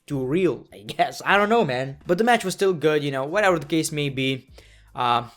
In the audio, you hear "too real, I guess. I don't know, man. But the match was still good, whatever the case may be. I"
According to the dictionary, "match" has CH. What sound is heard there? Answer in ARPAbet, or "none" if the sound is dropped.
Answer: CH